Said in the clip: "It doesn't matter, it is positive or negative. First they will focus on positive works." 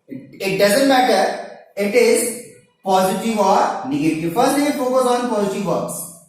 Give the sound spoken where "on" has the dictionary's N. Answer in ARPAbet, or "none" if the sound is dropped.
N